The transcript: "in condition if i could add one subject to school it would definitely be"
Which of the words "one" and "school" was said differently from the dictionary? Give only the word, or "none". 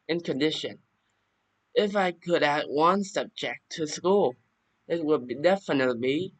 none